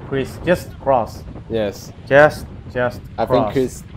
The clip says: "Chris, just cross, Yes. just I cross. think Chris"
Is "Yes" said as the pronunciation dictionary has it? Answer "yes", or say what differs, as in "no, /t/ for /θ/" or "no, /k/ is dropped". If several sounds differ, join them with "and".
yes